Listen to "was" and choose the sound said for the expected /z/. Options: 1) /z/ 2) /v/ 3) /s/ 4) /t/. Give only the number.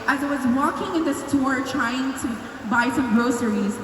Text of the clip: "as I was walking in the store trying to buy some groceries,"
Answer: 1